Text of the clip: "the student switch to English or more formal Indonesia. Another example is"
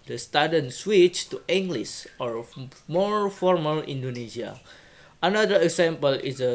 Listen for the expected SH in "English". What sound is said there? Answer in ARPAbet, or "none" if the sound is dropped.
S